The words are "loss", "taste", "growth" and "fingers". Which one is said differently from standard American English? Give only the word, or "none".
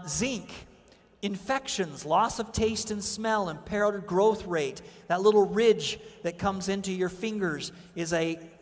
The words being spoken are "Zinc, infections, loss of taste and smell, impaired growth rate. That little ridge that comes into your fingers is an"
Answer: none